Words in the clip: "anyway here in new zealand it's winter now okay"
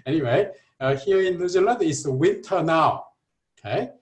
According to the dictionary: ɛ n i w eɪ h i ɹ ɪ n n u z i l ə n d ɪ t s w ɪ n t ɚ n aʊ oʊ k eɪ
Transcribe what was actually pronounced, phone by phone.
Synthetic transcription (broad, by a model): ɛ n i w eɪ h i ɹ ɪ n l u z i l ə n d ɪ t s w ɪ n t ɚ n aʊ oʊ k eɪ